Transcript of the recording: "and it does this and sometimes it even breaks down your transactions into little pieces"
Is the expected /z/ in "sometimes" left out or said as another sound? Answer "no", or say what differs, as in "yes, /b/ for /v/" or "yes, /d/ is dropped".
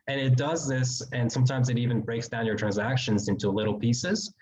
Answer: no